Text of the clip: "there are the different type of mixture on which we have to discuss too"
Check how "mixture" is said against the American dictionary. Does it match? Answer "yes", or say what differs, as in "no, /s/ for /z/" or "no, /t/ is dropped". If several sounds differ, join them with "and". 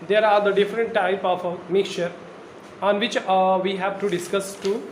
no, /s/ is dropped